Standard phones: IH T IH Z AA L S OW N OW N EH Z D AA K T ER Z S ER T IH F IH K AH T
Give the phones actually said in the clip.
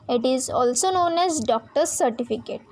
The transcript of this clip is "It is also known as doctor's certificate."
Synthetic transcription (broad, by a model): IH T IH Z AA L S OW N OW N EH Z D AA K T ER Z S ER T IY F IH K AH T